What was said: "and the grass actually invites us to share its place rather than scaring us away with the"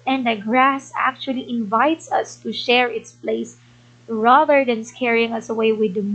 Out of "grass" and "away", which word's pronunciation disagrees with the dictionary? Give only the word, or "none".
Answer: none